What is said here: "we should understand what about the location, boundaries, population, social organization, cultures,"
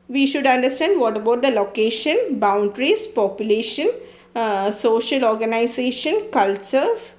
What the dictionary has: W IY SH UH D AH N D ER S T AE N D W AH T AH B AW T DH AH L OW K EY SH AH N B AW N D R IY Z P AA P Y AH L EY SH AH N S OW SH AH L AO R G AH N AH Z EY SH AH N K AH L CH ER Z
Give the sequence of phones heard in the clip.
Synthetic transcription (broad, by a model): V IY SH UH D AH N D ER S T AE N D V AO T AH B AW T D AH L OW K EY SH AH N B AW N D R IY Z P AA P Y AH L EY SH AH N S OW SH AH L AO R G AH N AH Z EY SH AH N K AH L CH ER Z